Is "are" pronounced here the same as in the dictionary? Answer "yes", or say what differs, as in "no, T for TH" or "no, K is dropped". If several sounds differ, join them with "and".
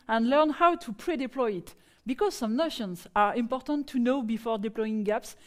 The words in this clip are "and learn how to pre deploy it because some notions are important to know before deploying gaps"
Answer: yes